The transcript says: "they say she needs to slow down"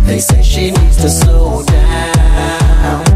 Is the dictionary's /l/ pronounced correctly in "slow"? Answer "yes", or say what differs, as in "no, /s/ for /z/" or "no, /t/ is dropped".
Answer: no, /l/ is dropped